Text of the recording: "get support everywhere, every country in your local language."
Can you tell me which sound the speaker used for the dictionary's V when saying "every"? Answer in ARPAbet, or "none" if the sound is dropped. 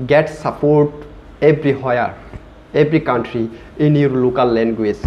B